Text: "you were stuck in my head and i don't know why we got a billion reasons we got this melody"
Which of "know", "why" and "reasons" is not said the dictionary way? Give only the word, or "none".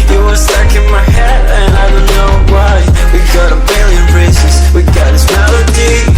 reasons